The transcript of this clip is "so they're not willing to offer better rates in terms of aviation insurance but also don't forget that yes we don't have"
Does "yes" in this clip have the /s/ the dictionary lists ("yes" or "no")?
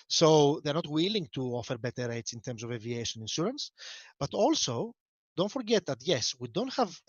yes